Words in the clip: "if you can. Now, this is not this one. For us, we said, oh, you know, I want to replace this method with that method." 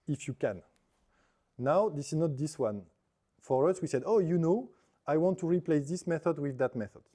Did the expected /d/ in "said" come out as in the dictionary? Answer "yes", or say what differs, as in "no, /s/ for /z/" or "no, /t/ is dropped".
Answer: yes